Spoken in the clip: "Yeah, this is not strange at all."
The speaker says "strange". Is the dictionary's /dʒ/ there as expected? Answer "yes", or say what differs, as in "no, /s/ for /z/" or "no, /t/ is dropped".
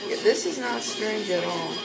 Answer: yes